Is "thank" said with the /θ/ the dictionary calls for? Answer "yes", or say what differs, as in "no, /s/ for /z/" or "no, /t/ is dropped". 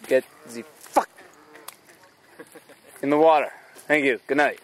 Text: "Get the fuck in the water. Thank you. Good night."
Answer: yes